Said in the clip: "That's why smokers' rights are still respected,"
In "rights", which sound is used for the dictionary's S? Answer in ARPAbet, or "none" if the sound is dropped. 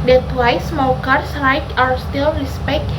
none